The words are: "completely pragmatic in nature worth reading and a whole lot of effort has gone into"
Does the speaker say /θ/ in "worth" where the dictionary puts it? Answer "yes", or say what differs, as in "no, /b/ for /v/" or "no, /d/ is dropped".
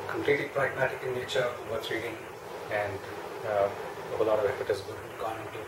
no, /s/ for /θ/